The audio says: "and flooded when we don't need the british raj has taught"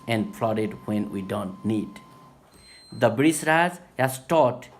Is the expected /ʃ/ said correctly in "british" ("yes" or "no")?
no